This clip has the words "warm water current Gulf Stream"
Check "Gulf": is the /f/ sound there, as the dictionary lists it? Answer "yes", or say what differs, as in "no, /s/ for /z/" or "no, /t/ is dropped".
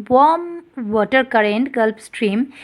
no, /p/ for /f/